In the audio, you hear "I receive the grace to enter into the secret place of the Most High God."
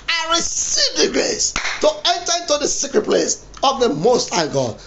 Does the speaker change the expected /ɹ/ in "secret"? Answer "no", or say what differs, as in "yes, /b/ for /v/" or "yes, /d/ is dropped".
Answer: no